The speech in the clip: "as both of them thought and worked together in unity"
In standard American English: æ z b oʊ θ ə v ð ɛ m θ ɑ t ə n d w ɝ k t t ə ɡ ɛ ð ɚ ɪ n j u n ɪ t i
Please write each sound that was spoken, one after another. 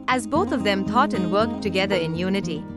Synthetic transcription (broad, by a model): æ z b oʊ t ə v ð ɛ m t ɑ t ə n d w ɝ k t t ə ɡ ɛ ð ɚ ɪ n j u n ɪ t i